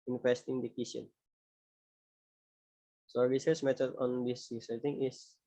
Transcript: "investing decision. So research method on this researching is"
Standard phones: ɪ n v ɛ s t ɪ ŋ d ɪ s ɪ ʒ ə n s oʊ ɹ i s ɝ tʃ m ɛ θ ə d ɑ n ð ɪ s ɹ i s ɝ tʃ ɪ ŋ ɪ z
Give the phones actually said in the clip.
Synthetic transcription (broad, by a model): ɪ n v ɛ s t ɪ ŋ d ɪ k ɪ s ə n s oʊ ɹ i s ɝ s m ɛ t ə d ɑ n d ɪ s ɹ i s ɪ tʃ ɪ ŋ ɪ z